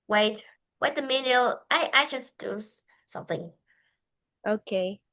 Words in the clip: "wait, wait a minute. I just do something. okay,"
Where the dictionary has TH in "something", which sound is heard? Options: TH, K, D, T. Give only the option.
TH